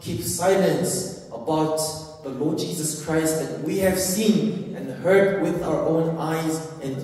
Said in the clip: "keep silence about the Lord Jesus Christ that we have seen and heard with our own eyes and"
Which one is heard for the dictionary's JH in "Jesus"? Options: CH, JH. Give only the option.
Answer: JH